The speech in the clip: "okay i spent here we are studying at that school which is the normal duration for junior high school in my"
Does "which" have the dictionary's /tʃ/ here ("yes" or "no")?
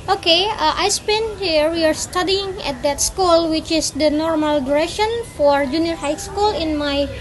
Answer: yes